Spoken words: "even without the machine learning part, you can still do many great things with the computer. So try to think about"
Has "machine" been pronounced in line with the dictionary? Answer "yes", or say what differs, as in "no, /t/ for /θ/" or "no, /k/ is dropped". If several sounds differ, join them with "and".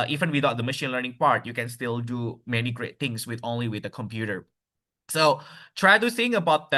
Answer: yes